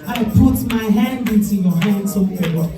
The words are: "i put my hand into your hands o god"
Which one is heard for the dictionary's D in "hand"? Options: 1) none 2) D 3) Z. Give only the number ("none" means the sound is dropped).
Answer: 2